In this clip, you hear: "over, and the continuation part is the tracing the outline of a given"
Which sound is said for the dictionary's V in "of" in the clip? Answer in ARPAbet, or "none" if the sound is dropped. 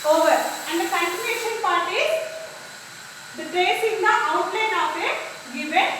P